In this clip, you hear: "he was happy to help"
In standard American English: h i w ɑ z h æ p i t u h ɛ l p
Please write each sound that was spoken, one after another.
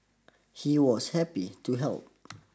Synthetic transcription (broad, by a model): h i w ɑ s h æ p i t u h ɛ l p